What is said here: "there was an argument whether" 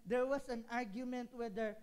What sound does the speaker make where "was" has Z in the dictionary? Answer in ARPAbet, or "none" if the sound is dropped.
S